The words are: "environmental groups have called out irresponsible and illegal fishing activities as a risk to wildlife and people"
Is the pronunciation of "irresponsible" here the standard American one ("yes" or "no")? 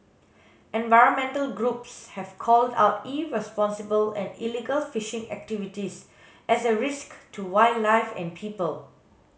yes